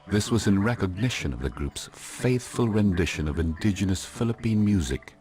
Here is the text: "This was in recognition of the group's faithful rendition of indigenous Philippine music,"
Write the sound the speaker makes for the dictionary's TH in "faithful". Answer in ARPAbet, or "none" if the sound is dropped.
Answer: TH